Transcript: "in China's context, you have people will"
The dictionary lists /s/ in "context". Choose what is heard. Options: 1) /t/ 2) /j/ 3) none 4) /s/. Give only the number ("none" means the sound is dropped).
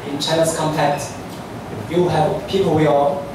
3